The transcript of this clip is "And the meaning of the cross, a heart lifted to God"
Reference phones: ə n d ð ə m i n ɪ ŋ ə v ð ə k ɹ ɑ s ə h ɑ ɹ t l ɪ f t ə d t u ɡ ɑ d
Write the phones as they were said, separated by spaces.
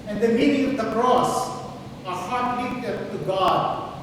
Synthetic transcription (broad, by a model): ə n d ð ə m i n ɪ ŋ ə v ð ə k ɹ ɑ s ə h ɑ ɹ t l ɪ t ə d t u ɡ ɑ d